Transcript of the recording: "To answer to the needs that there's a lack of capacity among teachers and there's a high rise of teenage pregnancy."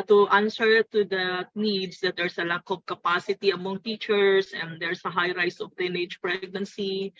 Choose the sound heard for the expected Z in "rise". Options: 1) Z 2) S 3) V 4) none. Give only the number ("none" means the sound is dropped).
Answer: 2